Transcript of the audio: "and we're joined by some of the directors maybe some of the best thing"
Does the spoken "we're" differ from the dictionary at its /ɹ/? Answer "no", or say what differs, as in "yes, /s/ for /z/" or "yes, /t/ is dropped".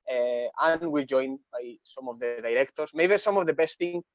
yes, /l/ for /ɹ/